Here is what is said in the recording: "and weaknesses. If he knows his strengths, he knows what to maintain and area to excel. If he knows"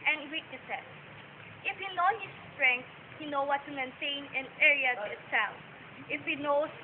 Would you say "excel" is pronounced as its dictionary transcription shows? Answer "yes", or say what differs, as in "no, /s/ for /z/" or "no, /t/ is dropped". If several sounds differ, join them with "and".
no, /n/ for /l/